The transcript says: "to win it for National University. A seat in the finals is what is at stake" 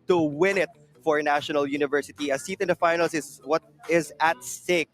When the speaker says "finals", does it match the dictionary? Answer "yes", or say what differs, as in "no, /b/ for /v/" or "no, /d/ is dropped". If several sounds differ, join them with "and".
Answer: no, /s/ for /z/